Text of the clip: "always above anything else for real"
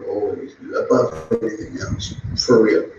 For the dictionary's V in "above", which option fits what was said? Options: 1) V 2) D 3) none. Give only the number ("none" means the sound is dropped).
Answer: 3